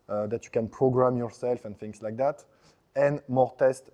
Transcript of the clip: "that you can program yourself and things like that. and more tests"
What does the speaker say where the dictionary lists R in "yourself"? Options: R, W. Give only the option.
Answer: R